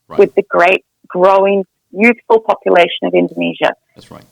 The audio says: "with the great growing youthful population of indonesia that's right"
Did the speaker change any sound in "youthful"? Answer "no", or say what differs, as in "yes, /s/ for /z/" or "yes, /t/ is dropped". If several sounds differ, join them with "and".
no